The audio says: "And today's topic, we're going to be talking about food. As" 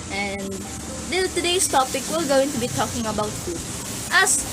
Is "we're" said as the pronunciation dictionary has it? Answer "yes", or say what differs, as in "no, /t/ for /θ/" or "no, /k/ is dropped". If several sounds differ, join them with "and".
no, /l/ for /ɹ/